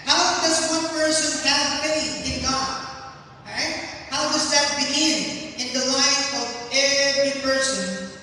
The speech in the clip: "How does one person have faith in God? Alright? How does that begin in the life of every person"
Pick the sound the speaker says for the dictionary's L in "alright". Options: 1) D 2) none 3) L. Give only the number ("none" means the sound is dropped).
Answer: 2